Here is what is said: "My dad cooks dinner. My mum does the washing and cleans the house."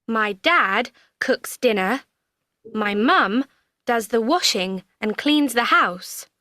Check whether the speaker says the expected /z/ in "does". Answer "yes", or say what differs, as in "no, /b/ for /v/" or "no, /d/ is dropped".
yes